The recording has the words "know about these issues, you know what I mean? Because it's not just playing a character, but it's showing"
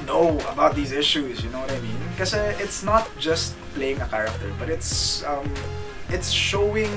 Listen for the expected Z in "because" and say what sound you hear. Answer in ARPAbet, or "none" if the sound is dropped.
none